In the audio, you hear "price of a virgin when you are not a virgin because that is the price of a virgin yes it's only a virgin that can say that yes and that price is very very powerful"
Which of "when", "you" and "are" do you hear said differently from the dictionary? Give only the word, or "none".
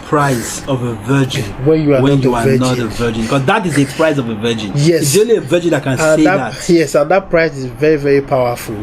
are